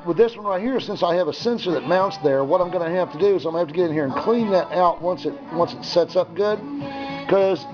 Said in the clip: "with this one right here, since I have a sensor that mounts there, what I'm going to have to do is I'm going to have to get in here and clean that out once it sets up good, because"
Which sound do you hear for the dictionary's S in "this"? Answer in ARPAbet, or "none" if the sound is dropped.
S